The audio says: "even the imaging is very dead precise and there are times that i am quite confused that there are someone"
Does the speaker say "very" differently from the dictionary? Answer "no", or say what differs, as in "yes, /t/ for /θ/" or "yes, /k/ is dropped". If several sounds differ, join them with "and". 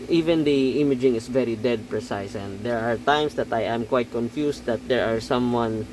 no